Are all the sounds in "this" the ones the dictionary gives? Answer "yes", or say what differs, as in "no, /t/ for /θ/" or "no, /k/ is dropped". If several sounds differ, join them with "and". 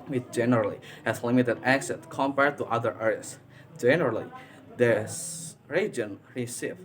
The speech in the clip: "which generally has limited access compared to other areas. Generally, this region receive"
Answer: no, /s/ is dropped